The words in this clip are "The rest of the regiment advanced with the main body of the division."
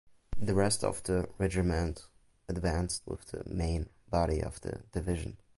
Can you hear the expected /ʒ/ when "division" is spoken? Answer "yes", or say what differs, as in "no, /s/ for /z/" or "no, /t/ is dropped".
yes